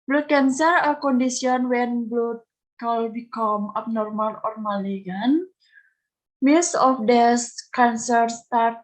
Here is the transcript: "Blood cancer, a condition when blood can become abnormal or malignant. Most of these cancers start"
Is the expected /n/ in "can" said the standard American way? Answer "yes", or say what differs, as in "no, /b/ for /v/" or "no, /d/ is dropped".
no, /l/ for /n/